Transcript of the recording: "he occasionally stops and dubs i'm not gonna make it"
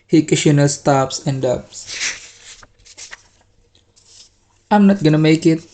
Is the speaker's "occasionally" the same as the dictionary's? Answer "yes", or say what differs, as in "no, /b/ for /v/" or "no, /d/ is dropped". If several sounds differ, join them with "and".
no, /ʃ/ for /ʒ/ and /l/ is dropped